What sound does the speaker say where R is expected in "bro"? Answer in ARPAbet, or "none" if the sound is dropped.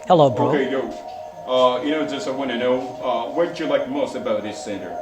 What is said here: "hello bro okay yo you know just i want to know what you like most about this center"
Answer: none